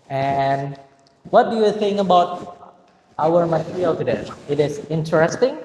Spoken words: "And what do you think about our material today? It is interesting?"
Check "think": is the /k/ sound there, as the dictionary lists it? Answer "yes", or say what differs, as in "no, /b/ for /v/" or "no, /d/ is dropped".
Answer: no, /k/ is dropped